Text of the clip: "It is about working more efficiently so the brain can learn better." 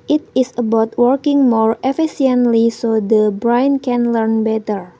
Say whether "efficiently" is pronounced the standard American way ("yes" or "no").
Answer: no